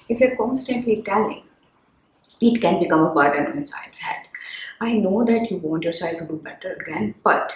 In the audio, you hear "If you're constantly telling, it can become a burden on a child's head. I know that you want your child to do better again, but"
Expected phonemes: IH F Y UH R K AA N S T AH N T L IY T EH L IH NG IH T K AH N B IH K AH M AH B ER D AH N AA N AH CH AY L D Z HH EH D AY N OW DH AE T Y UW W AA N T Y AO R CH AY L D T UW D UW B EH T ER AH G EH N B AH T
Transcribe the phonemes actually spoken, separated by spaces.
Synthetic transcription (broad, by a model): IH F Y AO R K AA N S T AH N T L IY T EH L IH NG IH T K AH N B IH K AH M AH B ER D AH N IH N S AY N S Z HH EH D AY N OW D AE T Y UW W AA N T Y AO R S AY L T UW D UW B EH T ER AH G EH N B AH T